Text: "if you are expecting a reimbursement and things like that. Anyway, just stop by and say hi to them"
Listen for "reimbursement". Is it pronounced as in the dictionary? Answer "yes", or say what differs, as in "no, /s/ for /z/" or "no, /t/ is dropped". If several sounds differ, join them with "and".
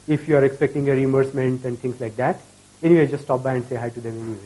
no, /b/ is dropped